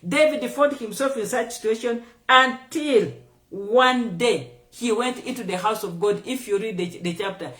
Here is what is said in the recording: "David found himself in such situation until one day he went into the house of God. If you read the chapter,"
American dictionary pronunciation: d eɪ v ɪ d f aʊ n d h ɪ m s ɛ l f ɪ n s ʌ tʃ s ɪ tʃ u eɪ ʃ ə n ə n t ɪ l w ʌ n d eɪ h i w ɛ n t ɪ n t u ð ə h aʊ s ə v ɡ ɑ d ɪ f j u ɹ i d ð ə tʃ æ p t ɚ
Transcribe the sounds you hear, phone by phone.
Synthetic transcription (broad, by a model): d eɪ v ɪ d f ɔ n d h ɪ m s ɛ l f ɪ n s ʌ tʃ s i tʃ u eɪ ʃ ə n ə n t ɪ l w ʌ n d eɪ h i w ɛ n t ɪ n t u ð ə h aʊ s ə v ɡ ɑ d ɪ f j u ɹ i d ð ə tʃ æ p t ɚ